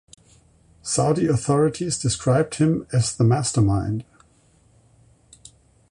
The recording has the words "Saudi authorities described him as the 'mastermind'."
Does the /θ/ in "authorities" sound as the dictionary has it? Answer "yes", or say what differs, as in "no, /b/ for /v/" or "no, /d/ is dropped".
yes